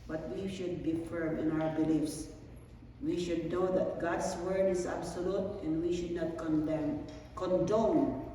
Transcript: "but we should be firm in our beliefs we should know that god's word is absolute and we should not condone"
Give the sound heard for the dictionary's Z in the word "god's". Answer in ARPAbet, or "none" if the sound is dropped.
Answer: S